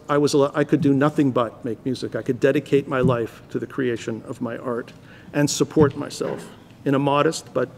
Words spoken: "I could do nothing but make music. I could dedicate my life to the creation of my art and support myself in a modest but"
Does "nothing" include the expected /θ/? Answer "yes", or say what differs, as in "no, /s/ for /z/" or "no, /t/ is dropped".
yes